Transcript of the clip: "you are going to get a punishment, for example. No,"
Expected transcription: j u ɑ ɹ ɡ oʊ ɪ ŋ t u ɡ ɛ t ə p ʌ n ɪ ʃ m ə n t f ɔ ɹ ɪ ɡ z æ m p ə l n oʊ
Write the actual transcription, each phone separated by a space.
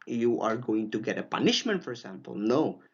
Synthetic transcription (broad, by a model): j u ɑ ɹ ɡ oʊ ɪ ŋ t u ɡ ɛ t ə p ʌ n ɪ ʃ m ə n t f ɔ ɹ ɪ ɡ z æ m p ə l n oʊ